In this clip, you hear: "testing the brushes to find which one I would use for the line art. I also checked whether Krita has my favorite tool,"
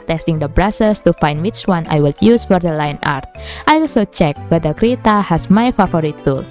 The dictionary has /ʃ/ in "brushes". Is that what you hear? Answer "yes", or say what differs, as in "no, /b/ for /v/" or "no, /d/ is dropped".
no, /s/ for /ʃ/